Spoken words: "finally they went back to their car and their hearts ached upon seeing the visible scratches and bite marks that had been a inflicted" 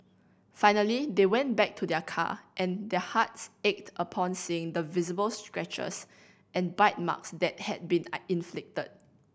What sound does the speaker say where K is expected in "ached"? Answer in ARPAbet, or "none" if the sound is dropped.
K